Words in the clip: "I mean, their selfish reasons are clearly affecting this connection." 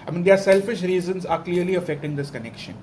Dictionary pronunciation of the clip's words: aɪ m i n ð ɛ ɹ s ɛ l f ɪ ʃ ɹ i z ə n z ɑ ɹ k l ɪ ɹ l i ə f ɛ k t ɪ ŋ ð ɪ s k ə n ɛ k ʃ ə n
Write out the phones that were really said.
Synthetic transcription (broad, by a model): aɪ m i n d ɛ ɹ s ɛ l f ɪ ʃ ɹ i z ə n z ɑ ɹ k l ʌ ɹ l i ə f ɛ k t ɪ ŋ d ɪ s k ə n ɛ k ʃ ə n